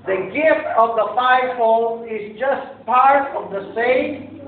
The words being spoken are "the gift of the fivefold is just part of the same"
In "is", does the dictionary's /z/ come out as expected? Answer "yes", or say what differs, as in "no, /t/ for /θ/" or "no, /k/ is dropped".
yes